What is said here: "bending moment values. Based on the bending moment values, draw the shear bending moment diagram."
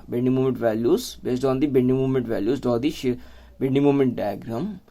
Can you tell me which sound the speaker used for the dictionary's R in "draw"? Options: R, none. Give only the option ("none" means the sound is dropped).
none